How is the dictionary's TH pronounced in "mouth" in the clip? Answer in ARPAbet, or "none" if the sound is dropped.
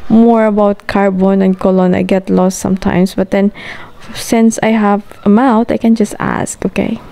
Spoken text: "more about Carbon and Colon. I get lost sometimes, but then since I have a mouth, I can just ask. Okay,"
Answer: T